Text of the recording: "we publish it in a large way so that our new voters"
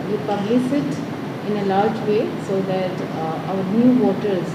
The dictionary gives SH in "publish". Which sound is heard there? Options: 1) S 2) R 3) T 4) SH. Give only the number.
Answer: 1